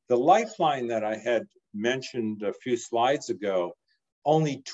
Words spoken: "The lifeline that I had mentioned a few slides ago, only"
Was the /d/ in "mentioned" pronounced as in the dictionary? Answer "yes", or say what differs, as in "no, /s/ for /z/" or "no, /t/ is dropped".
yes